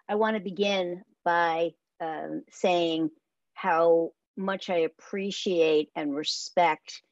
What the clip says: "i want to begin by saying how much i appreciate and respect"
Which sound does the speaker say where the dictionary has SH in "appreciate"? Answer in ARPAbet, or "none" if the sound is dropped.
SH